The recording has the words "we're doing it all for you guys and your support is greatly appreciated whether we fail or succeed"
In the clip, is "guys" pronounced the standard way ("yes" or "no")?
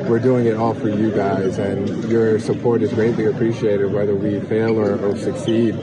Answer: yes